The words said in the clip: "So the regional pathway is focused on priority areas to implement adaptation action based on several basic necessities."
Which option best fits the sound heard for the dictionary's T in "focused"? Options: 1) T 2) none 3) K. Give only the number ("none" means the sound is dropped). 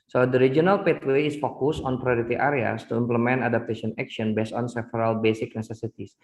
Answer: 2